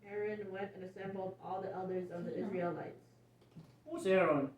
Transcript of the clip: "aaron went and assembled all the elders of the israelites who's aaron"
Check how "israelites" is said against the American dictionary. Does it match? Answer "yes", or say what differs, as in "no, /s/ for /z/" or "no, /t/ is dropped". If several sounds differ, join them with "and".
yes